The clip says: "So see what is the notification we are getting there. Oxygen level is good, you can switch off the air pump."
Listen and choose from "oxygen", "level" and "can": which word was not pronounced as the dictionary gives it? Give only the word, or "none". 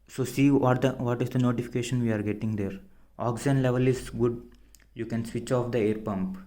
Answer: oxygen